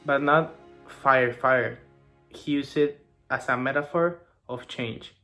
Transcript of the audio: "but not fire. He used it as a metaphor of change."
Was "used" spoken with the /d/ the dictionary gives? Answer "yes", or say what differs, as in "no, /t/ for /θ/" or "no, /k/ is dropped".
no, /d/ is dropped